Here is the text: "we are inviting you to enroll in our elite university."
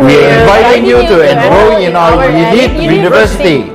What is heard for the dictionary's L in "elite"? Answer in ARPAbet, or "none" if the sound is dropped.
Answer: N